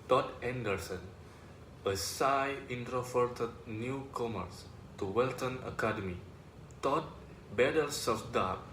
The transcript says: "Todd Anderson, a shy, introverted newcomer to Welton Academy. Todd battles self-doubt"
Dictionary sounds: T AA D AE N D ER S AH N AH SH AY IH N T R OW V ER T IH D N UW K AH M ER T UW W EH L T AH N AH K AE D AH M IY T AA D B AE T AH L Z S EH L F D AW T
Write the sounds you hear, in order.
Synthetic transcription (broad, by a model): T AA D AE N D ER S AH N AH S AY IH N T R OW F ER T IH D N UW K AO M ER T UW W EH L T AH N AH K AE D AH M IY T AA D B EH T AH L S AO F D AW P